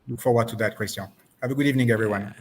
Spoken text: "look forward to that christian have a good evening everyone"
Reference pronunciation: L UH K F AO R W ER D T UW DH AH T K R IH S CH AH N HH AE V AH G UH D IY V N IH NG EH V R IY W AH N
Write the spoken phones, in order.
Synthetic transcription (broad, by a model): L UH K F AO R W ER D T UW DH AH T K W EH S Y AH HH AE V AH G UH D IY V N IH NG EH V R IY W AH N